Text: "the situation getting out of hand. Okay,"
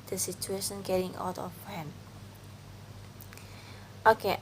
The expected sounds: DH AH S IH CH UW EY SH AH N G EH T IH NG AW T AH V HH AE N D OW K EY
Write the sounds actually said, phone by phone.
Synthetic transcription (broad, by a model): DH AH S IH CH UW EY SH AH N G EH T IH NG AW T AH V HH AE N OW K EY